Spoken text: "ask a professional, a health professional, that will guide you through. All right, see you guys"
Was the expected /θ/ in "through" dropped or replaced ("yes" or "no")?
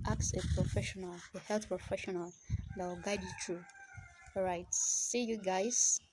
yes